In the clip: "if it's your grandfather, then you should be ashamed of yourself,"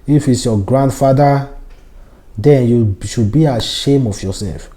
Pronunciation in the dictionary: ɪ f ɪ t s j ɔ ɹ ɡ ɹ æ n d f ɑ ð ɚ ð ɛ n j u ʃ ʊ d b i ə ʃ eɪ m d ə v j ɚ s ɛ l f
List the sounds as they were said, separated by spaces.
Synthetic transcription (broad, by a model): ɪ f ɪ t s j ɔ ɡ ɹ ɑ n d f ɑ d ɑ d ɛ n j u ʃ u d b i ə ʃ eɪ m ə f j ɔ s ɛ l f